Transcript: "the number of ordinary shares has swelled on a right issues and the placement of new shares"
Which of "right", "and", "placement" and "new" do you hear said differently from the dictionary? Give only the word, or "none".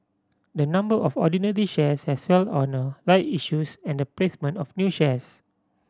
right